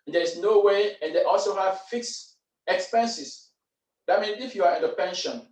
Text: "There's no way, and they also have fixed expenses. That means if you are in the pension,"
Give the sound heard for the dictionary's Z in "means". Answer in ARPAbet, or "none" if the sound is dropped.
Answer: none